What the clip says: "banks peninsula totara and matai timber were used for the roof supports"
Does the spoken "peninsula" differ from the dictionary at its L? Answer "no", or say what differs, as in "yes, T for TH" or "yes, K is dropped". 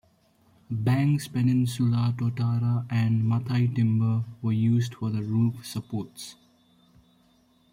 no